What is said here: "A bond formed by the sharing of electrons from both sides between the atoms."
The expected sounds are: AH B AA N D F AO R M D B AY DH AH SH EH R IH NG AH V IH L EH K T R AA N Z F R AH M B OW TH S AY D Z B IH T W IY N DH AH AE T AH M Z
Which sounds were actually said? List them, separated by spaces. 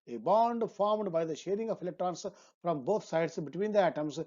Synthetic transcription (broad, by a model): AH B AA N D F AO R M D B AY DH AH SH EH R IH NG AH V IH L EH K T R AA N S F R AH M B OW T S AY D S B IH T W IY N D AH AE T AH M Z